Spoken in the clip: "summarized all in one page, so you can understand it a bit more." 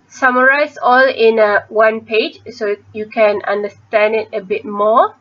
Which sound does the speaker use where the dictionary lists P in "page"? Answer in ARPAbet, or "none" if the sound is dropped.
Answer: P